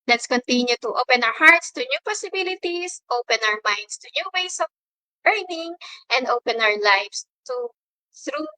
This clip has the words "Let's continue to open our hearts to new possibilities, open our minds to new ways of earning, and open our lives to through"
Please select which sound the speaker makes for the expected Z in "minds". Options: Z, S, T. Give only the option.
S